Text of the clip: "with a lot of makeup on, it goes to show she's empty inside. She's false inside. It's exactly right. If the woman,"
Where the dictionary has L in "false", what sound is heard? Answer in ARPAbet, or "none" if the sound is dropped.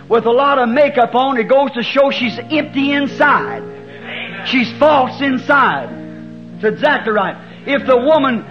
L